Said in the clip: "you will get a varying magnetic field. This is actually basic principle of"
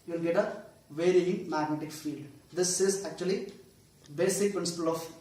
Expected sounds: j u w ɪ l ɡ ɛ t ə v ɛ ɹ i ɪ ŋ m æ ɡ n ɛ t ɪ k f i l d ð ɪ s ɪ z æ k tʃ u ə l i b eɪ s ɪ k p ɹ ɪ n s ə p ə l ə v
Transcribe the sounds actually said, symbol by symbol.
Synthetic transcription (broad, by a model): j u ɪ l ɡ ɛ t ə v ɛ ɹ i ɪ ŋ m æ ɡ n ɛ t ɪ k f i l d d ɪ s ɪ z æ k tʃ u ə l i b eɪ s ɪ k p ɹ ɪ n s ə p ə l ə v